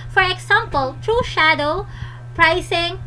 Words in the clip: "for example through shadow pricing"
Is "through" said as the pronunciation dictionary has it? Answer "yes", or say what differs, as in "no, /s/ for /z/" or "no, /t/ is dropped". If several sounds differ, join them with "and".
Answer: no, /t/ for /θ/